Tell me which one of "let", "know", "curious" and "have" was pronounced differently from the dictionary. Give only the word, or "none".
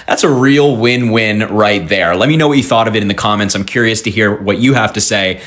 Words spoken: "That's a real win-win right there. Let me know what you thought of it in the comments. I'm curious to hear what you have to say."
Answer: have